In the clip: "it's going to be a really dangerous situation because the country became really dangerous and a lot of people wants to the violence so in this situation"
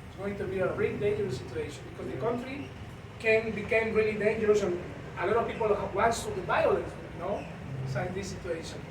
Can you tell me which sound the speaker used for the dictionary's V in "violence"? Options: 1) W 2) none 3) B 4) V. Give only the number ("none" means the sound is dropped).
3